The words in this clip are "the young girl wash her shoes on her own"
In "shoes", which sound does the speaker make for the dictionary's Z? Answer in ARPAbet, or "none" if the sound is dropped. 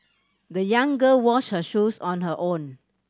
S